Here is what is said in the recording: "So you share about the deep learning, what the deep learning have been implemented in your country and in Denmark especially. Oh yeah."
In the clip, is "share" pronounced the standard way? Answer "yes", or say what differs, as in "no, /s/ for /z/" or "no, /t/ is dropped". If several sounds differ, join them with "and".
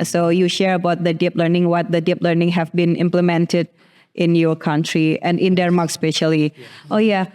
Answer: yes